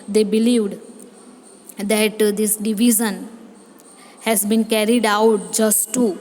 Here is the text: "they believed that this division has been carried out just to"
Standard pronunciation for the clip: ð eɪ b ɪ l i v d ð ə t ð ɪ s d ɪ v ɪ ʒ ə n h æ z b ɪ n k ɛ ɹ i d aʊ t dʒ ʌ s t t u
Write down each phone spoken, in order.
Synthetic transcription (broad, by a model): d eɪ b ɪ l i v d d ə t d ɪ s d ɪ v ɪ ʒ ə n h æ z b ɪ n k ɛ ɹ i d aʊ t dʒ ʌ s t t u